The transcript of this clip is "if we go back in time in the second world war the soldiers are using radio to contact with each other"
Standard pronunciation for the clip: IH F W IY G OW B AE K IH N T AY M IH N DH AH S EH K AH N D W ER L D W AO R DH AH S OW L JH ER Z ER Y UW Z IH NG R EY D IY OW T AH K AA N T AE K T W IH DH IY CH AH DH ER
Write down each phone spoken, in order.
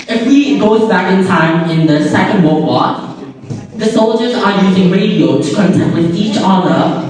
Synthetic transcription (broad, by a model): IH F W IY G OW B AE K IH N T AY M IH N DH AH S EH K AH N D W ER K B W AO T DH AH S OW L JH ER Z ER Y UW Z IH NG R EY D IY OW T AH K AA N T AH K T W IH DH IY CH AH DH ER